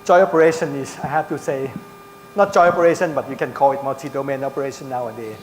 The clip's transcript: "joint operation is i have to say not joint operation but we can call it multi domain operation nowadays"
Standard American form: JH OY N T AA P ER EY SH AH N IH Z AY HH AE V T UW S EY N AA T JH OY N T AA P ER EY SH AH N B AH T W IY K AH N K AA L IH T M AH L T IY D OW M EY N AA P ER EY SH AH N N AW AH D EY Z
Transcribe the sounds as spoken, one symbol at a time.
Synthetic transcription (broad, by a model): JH OY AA P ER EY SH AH N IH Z AY HH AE F T UW S EY N AA T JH OY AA P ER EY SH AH N B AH T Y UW K AH N K AA L IH T M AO T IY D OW M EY N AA P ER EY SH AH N N AW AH D EY